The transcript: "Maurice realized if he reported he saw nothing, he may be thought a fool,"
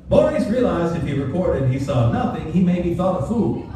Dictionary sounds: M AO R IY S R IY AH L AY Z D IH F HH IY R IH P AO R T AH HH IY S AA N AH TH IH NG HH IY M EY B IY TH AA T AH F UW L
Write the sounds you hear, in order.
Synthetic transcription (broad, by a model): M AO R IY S R IY AH L AY Z D IH F HH IY R IH P AO R T AH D IY S AA N AH TH IH NG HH IY M EY B IY TH AA T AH F UW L